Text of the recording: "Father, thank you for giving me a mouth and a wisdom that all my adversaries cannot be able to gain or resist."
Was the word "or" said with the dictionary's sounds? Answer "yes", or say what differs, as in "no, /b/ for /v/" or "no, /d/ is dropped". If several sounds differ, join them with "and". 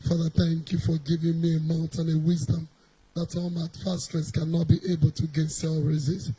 no, /l/ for /ɹ/